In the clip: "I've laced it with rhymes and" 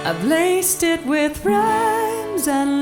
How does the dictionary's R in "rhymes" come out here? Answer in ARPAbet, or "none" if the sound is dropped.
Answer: R